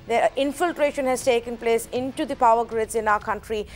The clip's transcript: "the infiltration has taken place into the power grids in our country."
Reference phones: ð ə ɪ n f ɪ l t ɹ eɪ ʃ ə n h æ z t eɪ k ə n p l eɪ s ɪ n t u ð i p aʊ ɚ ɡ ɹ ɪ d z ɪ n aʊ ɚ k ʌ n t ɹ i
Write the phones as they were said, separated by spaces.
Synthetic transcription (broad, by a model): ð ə ɪ n f ɪ l t ɹ eɪ ʃ ə n h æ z t eɪ k ə n p l eɪ s ɪ n t u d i p aʊ ɚ ɡ ɹ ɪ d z ɪ n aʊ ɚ k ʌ n t ɹ i